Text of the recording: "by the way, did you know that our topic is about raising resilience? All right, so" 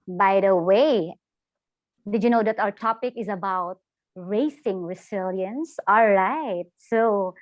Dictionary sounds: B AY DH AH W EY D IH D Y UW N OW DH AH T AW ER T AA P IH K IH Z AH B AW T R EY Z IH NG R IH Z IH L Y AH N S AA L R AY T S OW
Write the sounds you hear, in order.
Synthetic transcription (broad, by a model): B AY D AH W EY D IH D Y UW N OW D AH T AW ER T AA P IH K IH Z AH B AW T R EY S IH NG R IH S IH L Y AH N S AA L R AY T S OW